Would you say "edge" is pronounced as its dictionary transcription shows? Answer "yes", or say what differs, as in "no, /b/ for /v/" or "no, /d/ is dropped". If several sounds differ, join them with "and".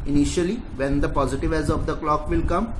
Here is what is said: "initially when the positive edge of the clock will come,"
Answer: no, /z/ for /dʒ/